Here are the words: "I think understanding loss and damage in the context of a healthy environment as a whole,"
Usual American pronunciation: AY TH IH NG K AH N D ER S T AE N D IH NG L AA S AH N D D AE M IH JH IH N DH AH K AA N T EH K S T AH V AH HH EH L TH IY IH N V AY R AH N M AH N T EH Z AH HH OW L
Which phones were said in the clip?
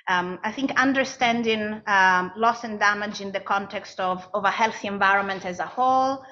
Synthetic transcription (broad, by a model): AY TH IH NG K AH N D ER S T AE N D IH NG L AA S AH N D D AE M IH JH IH N DH AH K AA N T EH K S T AH V AH HH EH L TH IY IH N V AY R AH N M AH N T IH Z AH HH OW L